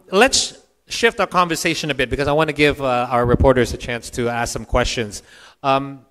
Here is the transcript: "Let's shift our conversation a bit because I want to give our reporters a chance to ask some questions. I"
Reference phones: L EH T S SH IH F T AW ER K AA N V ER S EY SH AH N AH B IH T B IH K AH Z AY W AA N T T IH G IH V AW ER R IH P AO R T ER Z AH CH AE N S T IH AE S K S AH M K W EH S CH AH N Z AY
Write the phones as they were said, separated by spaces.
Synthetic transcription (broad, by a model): L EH T S SH IH F T AW ER K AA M V ER S EY SH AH N AH B IH T B IH K AH Z AY W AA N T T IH G IH V AW ER R IH P AO R T ER Z AH CH AE N S T IH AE S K S AH M K W EH S CH AH N Z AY